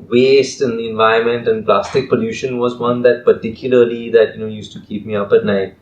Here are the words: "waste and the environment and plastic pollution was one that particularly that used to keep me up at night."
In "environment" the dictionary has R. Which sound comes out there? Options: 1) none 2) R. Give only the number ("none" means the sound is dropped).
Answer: 1